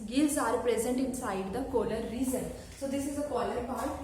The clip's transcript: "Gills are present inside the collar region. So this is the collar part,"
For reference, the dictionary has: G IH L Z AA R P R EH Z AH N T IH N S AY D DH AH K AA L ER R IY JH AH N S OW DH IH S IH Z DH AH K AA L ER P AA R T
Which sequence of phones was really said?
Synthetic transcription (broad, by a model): G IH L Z AA R P R EH Z AH N T IH N S AY D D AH K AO L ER R IY Z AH N S OW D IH S IH Z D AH K AA L ER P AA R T